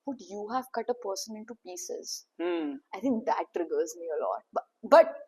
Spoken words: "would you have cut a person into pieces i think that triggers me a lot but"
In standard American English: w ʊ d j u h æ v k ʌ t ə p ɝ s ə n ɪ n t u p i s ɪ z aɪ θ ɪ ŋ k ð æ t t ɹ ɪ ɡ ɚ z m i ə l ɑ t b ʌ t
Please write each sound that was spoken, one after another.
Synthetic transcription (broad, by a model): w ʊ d j u h æ v k ʌ t ə p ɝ s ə n ɪ n t u p i s ɪ z aɪ t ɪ ŋ k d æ t t ɹ ɪ ɡ ɚ z m i ə l ɑ t b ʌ t